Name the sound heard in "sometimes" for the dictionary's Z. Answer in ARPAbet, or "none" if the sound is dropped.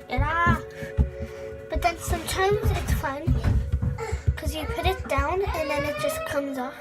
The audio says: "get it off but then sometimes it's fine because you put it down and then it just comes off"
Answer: Z